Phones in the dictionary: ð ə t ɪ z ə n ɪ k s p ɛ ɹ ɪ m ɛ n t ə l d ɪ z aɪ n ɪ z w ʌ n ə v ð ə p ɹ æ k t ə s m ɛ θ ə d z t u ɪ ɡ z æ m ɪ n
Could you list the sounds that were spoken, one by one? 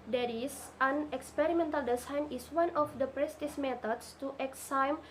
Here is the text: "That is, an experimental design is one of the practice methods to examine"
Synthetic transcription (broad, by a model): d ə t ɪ s ə n ɪ k s p ɛ ɹ ɪ m ɛ n t ə l d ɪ s aɪ n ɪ s w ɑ n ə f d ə p ɹ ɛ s t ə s m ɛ t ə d s t u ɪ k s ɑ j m